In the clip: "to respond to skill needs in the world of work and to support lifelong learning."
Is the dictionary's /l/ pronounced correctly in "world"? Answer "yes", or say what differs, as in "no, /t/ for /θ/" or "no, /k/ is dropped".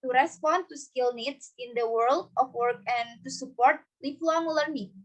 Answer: yes